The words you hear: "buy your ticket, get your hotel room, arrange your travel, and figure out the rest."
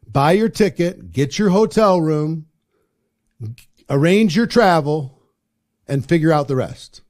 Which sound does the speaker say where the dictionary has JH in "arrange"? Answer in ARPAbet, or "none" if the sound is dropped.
JH